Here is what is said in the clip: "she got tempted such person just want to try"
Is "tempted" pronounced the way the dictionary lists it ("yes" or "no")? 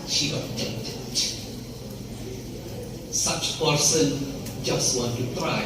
no